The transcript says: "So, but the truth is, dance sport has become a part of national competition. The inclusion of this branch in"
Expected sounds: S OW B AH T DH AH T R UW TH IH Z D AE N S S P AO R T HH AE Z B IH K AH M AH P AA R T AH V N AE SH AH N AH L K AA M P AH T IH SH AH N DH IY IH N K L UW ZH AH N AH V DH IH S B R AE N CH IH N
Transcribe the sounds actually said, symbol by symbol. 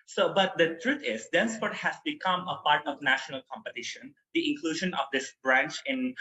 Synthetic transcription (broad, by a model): S OW B AH T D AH T R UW T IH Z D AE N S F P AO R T HH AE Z B IH K AH M AH P AA R T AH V N AE SH AH N AH L K AA M P AH T IH SH AH N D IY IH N K L UW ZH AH N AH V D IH S B R AE N CH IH N